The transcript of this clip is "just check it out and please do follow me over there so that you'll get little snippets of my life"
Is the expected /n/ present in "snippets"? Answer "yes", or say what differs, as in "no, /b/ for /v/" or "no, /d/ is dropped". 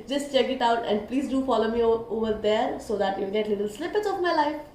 no, /l/ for /n/